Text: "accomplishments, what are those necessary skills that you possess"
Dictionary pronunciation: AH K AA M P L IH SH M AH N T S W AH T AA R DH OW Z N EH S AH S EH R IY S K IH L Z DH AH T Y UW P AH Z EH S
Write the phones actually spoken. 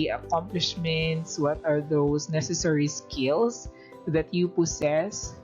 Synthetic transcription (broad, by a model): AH K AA M P L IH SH M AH N T S W AH T AA R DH OW S N EH S AH S EH R IY S K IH L S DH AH T Y UW P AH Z EH S